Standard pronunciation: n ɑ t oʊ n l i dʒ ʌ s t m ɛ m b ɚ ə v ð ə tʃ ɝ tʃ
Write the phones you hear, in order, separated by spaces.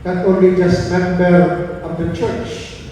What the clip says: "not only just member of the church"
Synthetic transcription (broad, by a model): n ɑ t oʊ n l i dʒ ʌ s t m ɛ m b ɚ ə v ð ə tʃ ɝ tʃ